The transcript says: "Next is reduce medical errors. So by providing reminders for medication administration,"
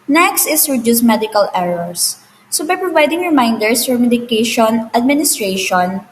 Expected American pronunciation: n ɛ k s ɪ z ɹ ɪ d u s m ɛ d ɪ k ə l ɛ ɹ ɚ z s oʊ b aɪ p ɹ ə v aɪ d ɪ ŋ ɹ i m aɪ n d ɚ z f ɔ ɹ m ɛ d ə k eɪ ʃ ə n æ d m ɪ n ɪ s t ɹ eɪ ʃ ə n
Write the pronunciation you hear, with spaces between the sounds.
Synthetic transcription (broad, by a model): n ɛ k s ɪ s ɹ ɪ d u s m ɛ d ɪ k ə l ɛ ɹ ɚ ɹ s oʊ b aɪ p ɹ ə v aɪ d ɪ ŋ ɹ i m aɪ n d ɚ s f ɔ ɹ m ɛ d ə k eɪ ʃ ə n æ d m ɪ n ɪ s t ɹ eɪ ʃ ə n